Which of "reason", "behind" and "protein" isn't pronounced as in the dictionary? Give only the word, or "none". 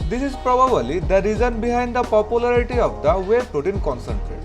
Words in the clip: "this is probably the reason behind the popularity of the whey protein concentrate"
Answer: none